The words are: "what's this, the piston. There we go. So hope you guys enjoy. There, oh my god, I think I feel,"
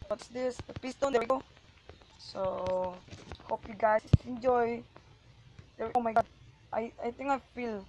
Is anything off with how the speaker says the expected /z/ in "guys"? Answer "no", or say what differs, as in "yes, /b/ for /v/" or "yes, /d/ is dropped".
yes, /s/ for /z/